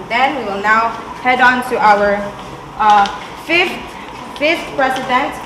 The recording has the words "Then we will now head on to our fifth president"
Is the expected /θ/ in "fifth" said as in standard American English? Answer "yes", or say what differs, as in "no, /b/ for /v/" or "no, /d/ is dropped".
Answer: no, /f/ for /θ/